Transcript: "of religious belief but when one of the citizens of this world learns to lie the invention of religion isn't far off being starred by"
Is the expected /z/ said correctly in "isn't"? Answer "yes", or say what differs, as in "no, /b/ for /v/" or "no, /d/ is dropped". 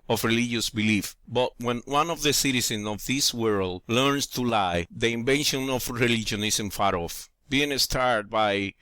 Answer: no, /s/ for /z/